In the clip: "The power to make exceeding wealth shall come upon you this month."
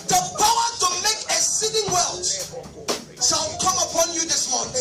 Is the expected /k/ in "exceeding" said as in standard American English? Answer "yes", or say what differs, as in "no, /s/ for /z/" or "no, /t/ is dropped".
no, /k/ is dropped